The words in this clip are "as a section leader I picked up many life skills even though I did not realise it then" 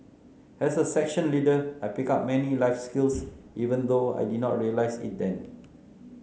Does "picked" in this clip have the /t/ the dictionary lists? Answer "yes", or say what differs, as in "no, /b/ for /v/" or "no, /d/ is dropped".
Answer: no, /t/ is dropped